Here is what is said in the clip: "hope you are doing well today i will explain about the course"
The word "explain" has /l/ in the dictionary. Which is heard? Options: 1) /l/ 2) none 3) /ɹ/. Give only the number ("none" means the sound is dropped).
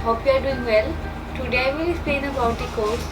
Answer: 2